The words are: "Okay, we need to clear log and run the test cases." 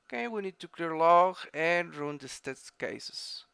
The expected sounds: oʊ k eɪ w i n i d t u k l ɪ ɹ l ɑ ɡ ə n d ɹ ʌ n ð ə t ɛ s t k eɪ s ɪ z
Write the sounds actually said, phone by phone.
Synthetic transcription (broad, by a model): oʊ k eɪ w i n i d t u k l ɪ ɹ l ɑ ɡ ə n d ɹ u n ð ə t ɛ t k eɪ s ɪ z